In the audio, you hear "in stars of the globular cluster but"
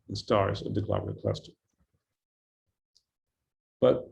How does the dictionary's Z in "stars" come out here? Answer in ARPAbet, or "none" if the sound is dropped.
Z